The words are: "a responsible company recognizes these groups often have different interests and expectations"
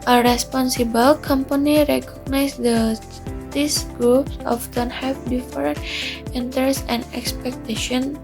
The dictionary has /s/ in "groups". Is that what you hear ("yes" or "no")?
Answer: yes